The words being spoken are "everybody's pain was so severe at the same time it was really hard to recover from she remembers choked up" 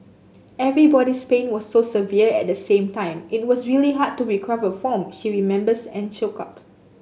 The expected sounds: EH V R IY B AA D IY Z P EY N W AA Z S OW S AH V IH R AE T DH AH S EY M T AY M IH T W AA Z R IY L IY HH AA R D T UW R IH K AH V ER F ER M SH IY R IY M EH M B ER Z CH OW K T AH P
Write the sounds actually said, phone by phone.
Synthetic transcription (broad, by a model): EH V R IY B AA D IY S P EY N W AA S OW S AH V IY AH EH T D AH S EY M T AY M IH T W AA S R IY L IY HH AA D T UW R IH K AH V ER F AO M SH IY R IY M EH M B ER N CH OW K AH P